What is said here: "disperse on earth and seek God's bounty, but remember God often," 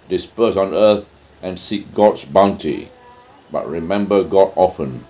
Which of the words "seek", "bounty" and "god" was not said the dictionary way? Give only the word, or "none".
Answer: none